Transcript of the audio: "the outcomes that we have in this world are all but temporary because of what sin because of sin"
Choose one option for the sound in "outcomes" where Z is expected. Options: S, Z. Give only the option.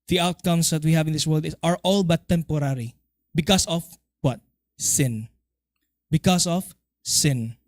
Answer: S